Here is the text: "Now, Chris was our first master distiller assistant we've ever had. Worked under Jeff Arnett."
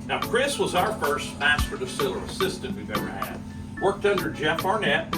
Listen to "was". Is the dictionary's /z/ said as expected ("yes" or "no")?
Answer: yes